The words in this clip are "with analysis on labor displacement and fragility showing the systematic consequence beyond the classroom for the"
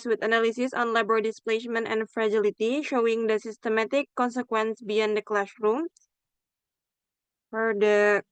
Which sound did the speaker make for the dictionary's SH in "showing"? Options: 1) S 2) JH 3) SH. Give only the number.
3